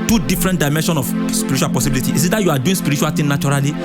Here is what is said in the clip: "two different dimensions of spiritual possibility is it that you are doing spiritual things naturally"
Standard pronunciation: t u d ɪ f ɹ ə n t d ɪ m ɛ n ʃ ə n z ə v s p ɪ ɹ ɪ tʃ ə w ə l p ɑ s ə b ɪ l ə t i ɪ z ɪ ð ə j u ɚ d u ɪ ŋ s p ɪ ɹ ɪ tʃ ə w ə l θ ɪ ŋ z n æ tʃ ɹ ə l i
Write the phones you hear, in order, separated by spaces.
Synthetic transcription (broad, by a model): t u d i f ɹ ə n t d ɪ m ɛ n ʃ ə n ə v s p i ɹ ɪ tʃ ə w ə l p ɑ s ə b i l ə t i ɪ s ɪ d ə j u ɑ d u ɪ s p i ɹ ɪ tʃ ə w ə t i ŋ n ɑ tʃ ɹ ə l i